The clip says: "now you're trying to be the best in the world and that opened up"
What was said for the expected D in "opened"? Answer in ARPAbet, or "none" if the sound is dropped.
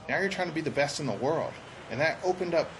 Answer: D